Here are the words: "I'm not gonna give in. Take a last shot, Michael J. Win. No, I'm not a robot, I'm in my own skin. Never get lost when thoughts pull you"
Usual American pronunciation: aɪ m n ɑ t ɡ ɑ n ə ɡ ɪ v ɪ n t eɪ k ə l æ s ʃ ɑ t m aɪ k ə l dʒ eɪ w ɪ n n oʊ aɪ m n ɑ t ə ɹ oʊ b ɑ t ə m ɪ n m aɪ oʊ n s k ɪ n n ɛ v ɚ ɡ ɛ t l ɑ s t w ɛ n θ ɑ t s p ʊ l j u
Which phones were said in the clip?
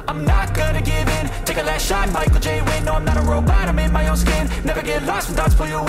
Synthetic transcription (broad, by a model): aɪ m n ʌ t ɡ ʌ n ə ɡ ɪ v ɪ n t eɪ k ə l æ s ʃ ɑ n m aɪ k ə l dʒ eɪ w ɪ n n oʊ aɪ m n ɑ t ə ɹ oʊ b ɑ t ə m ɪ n m aɪ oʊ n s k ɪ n n ɛ v ɚ ɡ ɛ t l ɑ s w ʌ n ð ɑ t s f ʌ j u